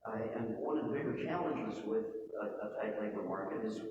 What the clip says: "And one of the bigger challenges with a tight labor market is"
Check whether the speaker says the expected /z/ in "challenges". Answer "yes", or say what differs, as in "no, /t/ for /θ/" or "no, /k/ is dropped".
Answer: yes